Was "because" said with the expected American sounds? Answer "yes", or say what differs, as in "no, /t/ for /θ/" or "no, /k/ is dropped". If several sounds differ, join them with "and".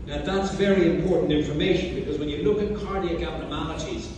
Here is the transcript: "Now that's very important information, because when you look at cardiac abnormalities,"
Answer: yes